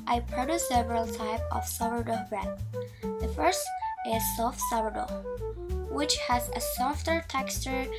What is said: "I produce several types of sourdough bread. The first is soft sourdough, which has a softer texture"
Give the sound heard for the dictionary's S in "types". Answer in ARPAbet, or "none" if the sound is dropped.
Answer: none